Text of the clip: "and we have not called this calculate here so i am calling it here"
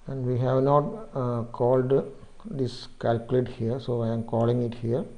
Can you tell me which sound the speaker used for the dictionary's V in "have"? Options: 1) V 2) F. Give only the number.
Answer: 1